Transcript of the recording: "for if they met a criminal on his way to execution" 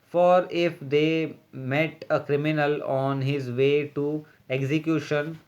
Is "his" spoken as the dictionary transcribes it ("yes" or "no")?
yes